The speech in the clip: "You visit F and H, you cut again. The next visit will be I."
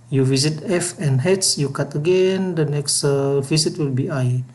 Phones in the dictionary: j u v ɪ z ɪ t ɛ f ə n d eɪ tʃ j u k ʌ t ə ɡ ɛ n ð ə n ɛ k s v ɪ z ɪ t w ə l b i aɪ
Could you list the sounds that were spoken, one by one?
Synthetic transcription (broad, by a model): j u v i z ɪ t ɛ f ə n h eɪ s j u k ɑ t ə ɡ ɛ n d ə n ɛ k s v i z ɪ t w ə l b i aɪ